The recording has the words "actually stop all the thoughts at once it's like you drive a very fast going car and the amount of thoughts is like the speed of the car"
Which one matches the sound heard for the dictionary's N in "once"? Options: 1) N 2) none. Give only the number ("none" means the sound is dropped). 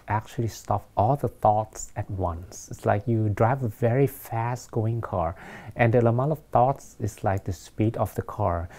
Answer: 1